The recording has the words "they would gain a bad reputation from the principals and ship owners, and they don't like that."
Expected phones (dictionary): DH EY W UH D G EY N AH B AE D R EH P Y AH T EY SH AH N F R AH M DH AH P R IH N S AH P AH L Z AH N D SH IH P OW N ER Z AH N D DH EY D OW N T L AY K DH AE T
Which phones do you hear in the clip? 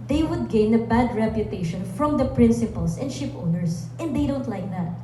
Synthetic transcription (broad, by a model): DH EY W UH D G EY N AH B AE D R EH P Y AH T EY SH AH N F R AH M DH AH P R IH N S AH P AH L S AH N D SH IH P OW N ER S AH N D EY D OW N T L AY K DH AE T